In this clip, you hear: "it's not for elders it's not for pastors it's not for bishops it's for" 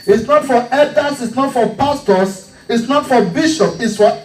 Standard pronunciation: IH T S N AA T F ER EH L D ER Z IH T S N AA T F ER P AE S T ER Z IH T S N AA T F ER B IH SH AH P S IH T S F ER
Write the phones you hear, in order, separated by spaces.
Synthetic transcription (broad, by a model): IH T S N AA T F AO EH D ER S IH T S N AA T F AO P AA S T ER S IH T S N AA T F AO B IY SH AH P IH T S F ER